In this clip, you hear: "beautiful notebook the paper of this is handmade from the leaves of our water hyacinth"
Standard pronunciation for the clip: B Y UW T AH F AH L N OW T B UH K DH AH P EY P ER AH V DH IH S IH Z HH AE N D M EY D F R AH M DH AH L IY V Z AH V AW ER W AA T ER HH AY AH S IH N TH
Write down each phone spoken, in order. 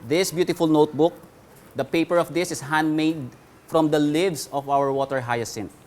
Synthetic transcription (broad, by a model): B Y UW T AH F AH L N OW T B UH K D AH P EY P ER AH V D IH S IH S HH AE N D M EY D F R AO M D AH L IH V S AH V AW ER W AA T ER HH AY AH S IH N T